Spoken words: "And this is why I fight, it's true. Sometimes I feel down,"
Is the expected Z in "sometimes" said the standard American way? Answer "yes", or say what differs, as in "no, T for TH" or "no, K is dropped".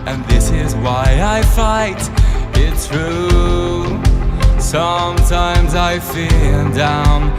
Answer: yes